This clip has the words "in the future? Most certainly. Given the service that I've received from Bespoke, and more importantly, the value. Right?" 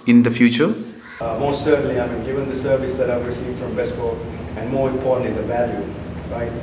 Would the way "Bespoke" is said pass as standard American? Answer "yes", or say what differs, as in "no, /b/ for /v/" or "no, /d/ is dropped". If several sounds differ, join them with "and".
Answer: no, /b/ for /p/ and /k/ is dropped